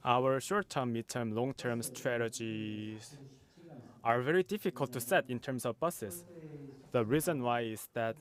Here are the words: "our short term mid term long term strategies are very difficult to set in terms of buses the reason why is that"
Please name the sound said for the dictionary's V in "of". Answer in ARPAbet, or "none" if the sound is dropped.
V